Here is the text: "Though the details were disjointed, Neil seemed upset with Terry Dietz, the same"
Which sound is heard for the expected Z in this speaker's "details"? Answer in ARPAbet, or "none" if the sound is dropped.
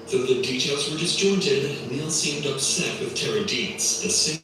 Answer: Z